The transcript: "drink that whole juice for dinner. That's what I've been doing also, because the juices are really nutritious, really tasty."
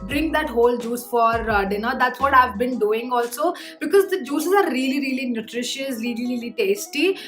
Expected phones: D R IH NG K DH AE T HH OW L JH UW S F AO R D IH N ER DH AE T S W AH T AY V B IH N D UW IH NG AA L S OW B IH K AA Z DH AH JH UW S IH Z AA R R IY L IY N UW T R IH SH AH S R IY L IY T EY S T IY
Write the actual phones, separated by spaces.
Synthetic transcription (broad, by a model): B R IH NG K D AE T HH OW L JH UW S F AO R D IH N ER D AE T S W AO T AY V B IH N D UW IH NG AA L S OW B IH K AA Z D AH JH UW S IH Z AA R R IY L IY N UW T R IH SH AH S R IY L IY T EY S T IY